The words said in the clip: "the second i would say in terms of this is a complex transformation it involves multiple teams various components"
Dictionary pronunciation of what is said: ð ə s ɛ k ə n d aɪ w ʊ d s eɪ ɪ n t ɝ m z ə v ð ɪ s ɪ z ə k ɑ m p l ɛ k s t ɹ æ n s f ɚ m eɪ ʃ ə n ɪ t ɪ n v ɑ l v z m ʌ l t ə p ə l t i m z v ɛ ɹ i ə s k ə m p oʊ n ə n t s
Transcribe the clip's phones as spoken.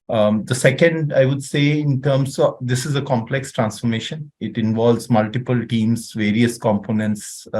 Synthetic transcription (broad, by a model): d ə s ɛ k ə n d aɪ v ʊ d s eɪ ɪ n t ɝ m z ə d ɪ s ɪ z ə k ɑ m p l ɛ k s t ɹ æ n s f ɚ m eɪ ʃ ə n ɪ t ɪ n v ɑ l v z m ʌ l t ə p ə l t i m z v ɛ ɹ i ə s k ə m p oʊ n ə n t s